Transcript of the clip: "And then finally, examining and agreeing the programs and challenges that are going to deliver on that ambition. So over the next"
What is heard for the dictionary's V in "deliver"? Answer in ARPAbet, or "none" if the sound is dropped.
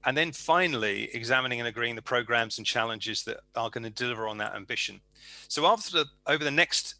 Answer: V